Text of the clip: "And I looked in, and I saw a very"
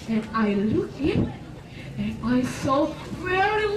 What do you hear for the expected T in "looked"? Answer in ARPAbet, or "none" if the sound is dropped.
none